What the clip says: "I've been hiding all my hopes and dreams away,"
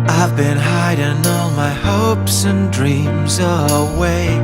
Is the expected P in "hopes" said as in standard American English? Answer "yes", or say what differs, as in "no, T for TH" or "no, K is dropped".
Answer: yes